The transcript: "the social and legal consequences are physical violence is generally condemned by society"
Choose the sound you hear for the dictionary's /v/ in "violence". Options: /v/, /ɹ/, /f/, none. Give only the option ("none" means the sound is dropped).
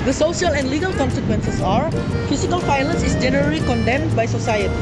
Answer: /f/